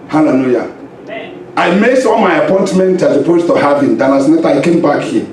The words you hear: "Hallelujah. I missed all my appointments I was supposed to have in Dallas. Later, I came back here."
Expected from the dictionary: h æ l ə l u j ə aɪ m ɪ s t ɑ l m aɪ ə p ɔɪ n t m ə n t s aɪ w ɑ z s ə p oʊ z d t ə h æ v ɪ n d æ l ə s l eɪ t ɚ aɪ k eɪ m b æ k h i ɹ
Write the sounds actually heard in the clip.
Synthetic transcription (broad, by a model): h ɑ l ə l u j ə aɪ m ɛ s ɑ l m aɪ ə p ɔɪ n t m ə n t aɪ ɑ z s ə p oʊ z t ə h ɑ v ɪ n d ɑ n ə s n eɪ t aɪ k eɪ m b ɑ k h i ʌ